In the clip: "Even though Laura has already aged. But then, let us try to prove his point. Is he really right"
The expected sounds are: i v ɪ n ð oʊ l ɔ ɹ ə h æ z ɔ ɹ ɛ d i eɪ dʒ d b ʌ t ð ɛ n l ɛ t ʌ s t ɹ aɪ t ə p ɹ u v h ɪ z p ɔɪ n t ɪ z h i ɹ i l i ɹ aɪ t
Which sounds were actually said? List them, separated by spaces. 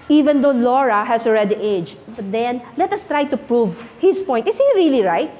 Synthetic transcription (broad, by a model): i v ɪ n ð oʊ l ɔ ɹ ə h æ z ɔ ɹ ɛ d i eɪ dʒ b ʌ t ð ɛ n l ɛ t ʌ s t ɹ aɪ t ə p ɹ u v h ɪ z p ɔɪ n t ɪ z h i ɹ i l i ɹ aɪ t